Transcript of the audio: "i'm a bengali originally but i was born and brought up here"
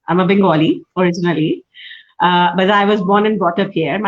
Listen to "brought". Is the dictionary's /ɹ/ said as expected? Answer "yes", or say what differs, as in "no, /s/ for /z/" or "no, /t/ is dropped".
no, /ɹ/ is dropped